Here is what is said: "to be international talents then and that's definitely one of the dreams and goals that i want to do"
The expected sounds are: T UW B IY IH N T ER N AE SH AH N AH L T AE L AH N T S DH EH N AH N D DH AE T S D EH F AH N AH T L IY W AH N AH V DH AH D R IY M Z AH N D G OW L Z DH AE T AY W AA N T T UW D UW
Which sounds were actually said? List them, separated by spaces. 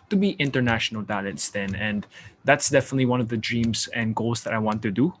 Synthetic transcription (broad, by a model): T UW B IY IH N T ER N AE SH AH N AH L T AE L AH T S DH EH N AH N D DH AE T S D EH F AH N AH T L IY W AH N AH V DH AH D R IY M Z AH N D G OW L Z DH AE T AY W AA N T T UW D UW